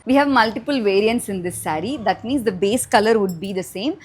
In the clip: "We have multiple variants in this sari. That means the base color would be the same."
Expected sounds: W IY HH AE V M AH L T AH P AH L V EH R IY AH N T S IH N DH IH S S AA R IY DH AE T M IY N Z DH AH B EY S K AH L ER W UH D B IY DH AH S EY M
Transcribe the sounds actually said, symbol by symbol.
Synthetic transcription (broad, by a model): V IY HH AE V M AH L T AH P AH L V EH R IY AH N T S IH N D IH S S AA R IY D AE T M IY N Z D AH B EY S K AH L ER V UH D B IY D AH S EY M